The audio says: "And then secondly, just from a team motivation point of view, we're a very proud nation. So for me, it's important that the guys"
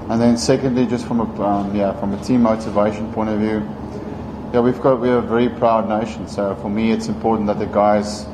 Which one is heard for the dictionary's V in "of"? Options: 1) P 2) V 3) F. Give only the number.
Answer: 2